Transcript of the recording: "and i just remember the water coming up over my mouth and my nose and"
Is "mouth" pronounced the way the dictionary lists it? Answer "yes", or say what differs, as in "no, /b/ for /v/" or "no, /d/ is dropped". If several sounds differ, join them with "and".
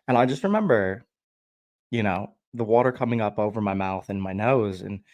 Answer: yes